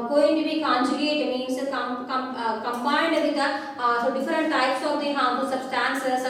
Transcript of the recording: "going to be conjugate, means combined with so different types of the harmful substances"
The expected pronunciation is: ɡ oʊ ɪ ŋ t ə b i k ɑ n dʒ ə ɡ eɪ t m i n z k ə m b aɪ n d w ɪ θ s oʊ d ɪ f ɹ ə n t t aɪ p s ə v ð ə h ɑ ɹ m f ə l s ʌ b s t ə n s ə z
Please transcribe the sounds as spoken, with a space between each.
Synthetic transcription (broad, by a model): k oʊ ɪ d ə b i k ɑ n dʒ ə ɡ eɪ t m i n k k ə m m aɪ n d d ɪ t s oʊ d ɪ f ɹ ə n t t aɪ p s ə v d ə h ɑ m p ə s ʌ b s t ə n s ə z